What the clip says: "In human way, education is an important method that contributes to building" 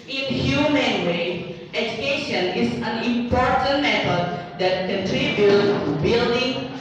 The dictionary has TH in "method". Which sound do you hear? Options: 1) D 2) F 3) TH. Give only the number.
2